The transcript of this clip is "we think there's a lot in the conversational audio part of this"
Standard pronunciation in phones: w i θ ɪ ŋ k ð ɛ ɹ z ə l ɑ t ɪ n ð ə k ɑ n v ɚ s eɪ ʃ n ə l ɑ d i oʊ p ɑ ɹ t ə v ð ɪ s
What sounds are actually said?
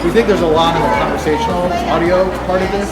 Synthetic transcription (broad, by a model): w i θ ɪ ŋ k ð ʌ ɹ z ə l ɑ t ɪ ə k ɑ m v ɚ s eɪ ʃ n l ɑ d i oʊ p ɑ ɹ t ə v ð ɪ s